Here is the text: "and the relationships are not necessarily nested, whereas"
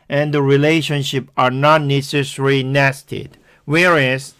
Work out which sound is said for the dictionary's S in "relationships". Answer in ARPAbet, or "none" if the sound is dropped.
none